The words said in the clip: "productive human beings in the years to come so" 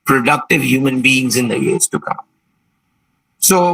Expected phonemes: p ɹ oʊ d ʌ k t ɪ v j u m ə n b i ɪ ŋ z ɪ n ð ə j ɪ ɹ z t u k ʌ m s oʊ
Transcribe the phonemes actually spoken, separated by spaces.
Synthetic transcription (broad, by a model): p ɹ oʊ d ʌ k t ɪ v j u m ə n b i ɪ ŋ z ɪ n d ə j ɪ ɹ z t u k ʌ m s oʊ